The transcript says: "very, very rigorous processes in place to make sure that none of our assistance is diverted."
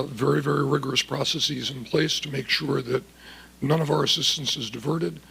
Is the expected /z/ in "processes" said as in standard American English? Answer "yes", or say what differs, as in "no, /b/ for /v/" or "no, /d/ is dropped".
yes